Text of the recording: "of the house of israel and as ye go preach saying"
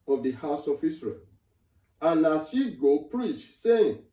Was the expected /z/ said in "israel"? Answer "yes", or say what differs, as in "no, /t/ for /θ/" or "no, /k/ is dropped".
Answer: no, /s/ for /z/